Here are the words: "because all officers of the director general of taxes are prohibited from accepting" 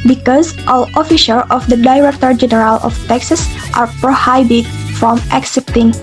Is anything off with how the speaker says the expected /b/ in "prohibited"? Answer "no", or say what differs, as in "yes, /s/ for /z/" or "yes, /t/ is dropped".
yes, /b/ is dropped